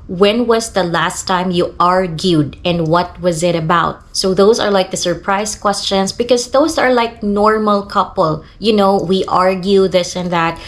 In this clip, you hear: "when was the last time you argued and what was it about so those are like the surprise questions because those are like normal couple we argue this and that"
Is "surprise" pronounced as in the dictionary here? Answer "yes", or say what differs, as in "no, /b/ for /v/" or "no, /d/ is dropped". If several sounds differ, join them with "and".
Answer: no, /s/ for /z/